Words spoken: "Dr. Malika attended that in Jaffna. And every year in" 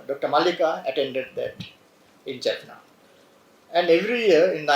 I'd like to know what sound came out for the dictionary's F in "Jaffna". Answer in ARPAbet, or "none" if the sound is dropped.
P